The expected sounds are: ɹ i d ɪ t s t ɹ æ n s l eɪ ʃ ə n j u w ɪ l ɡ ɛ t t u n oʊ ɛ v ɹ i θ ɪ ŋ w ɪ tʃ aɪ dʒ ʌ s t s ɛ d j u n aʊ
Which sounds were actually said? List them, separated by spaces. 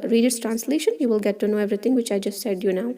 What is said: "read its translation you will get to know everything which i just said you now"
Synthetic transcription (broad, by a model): ɹ i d ɪ t s t ɹ æ n s l eɪ ʃ ə n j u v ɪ l ɡ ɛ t t u n oʊ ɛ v ɹ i t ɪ ŋ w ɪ tʃ aɪ dʒ ʌ s t s ɛ d j u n aʊ